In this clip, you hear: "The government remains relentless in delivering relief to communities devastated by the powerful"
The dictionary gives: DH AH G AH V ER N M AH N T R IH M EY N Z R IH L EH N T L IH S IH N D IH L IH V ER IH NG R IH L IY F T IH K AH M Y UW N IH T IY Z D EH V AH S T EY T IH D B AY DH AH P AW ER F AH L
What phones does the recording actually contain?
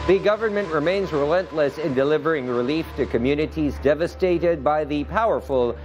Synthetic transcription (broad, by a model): DH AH G AH V ER N M AH N T R IH M EY N Z R IH L EH N T L IH S IH N D IH L IH V ER IH NG R IH L IY F T IH K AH M Y UW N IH T IY Z D EH V AH S T EY T IH D B AY DH AH P AW ER F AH L